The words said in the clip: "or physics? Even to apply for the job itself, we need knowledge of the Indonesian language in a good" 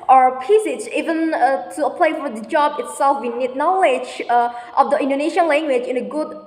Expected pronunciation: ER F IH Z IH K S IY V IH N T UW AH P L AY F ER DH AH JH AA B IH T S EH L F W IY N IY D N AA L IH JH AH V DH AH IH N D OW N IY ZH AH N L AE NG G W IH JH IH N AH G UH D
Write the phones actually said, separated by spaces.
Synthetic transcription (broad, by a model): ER P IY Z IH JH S IY V IH N T UW AH P L AY F ER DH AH JH AA B IH T S EH L F W IY N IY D N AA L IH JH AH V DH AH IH N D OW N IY SH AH N L AE NG G W IH JH IH N AH G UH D